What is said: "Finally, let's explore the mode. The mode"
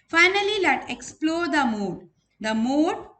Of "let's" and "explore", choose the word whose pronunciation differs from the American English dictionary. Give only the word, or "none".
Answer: let's